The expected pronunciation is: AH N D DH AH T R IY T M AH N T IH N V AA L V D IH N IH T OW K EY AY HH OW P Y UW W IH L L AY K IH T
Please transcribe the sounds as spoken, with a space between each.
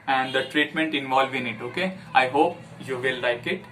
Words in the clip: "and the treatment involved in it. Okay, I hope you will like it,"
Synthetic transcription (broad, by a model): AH N D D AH T R IY T M AH N T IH N V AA L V IH N IH T OW K EY AY HH OW P Y UW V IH L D AY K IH T